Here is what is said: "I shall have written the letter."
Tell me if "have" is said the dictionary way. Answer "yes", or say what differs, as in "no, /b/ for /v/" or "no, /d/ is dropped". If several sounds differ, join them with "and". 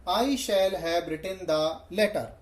no, /b/ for /v/